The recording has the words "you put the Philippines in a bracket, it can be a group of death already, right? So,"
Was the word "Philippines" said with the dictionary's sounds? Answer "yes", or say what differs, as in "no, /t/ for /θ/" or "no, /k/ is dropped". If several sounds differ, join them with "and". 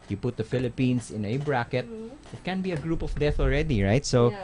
no, /s/ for /z/